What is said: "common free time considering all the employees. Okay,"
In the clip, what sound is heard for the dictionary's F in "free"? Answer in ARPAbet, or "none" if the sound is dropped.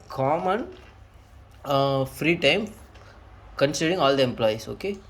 F